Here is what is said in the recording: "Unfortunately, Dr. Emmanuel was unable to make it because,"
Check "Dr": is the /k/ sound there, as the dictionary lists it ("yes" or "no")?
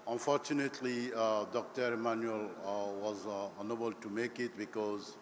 yes